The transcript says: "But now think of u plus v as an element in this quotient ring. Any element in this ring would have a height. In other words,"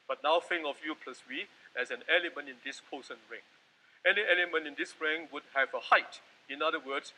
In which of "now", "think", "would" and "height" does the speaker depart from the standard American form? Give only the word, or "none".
think